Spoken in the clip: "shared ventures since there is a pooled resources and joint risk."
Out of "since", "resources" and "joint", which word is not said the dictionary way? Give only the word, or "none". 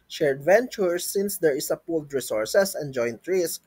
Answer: resources